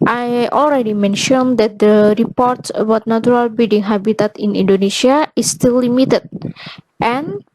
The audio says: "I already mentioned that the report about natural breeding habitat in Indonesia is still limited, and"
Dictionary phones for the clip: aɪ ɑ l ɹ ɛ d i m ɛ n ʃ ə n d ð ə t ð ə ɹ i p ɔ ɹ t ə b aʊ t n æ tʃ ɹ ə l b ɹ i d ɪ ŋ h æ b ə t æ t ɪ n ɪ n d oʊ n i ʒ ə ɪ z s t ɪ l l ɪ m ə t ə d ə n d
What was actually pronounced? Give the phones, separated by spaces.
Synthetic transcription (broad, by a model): aɪ ɑ l ɹ ɛ d i m ɛ n ʃ ə n d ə t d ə ɹ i p ɔ ɹ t ə b aʊ t n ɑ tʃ ɹ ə l b i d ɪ ŋ h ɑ b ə t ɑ t ɪ n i n d oʊ n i ʃ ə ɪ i s t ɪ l l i m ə t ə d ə n